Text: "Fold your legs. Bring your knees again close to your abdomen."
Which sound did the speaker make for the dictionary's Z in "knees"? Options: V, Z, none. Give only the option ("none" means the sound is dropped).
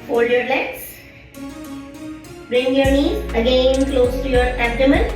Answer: none